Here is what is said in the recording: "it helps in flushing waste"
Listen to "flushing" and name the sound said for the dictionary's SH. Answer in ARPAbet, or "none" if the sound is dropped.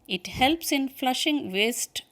SH